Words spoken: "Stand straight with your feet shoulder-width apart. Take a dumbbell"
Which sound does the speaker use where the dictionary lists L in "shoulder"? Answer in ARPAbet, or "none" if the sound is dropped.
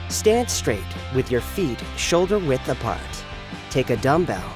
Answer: L